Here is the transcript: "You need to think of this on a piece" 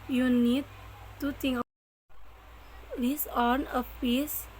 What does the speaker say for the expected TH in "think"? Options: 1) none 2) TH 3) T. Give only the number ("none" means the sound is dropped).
3